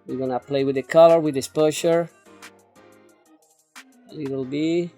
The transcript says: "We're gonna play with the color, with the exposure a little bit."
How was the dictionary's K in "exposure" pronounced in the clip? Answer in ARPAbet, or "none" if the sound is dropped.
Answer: none